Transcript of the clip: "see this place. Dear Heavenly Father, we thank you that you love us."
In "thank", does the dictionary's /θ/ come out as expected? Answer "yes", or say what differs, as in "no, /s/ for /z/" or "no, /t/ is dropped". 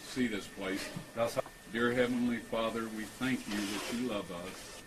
yes